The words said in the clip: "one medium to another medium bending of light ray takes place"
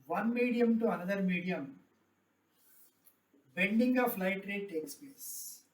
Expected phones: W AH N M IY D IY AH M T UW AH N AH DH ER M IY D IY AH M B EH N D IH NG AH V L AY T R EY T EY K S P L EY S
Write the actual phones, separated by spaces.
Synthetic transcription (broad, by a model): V AH N M IY D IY AH M T UW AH N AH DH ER M IY D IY AH M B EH N D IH NG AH F L AY T R EY T EY K S P L EY S